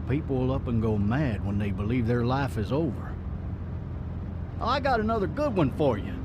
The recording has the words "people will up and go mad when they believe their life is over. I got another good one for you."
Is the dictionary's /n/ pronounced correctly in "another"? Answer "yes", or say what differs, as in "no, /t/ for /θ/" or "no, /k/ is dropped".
yes